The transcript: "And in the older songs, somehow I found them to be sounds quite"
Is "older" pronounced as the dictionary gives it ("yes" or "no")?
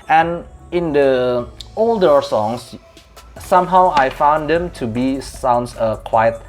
yes